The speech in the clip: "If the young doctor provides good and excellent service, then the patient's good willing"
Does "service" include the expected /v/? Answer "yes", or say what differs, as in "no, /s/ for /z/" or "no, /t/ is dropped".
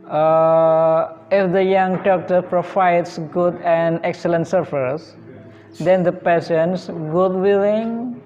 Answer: no, /f/ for /v/